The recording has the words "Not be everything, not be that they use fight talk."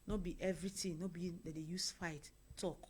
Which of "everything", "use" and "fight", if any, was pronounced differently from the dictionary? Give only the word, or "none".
everything